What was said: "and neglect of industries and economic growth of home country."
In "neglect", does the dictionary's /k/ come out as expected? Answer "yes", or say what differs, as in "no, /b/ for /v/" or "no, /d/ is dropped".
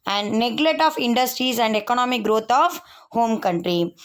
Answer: no, /k/ is dropped